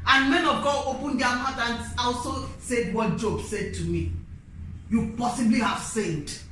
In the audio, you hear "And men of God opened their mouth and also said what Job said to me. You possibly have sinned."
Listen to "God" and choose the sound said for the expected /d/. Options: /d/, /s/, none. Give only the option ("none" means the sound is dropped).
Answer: none